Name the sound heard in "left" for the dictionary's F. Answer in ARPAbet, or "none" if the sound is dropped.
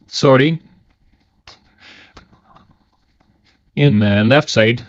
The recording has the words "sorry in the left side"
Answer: F